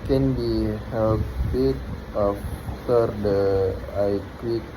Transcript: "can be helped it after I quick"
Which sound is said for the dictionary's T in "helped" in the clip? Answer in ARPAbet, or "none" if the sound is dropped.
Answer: none